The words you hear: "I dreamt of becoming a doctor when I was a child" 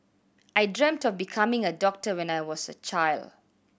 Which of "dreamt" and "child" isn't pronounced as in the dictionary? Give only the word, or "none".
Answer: none